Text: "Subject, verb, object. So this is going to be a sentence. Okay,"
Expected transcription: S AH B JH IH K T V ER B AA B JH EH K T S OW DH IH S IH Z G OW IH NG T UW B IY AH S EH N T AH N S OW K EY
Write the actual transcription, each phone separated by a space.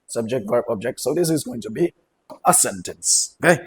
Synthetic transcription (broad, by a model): S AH B JH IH K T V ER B AA B JH EH K T S OW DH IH S IH Z G OW IH NG T UW B IY AH S EH N T AH N S OW K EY